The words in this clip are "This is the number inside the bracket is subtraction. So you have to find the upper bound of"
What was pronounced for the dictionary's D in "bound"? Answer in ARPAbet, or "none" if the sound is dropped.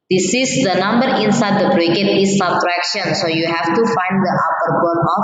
none